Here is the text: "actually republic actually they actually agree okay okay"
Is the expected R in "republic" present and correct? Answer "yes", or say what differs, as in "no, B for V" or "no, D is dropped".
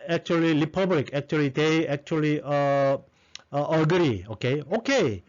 no, L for R